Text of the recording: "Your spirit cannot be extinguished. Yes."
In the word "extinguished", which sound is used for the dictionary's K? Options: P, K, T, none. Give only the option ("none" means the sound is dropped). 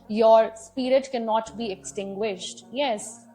K